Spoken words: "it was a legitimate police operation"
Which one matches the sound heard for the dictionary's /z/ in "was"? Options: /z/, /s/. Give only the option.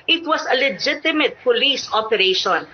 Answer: /s/